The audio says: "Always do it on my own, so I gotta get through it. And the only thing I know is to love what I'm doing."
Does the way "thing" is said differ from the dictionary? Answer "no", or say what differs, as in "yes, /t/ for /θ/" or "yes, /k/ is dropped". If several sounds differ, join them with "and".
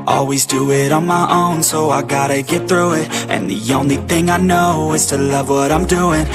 no